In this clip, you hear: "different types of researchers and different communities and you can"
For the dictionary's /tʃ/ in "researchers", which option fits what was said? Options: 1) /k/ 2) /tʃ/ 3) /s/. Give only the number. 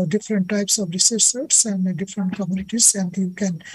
3